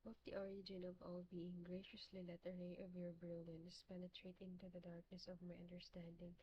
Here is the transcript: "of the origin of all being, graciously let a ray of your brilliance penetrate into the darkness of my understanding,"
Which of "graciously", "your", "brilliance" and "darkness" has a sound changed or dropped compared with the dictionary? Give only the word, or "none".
none